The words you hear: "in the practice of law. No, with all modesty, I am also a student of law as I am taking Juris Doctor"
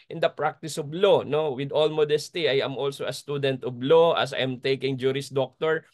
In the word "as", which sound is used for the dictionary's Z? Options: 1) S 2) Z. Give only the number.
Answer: 1